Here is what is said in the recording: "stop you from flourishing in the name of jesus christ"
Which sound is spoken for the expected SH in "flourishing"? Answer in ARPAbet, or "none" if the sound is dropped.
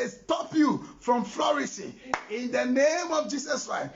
S